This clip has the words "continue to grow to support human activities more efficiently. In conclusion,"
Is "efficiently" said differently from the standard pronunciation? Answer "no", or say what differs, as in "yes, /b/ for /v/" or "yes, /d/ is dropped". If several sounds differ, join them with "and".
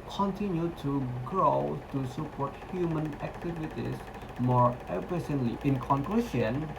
yes, /s/ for /ʃ/